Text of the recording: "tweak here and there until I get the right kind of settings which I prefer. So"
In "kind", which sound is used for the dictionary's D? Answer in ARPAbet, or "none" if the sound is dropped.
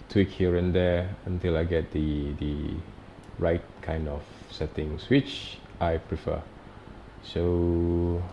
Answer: D